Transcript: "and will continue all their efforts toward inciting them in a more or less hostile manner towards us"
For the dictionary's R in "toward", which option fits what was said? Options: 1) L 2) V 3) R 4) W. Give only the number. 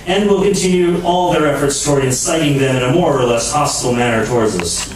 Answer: 3